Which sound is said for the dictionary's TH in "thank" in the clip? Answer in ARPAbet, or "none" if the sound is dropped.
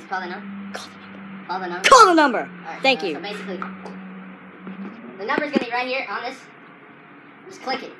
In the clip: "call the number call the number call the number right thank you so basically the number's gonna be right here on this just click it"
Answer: TH